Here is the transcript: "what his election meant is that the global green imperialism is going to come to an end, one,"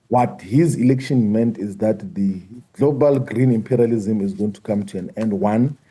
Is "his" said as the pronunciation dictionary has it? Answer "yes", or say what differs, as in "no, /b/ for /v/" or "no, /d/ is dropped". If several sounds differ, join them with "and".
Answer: yes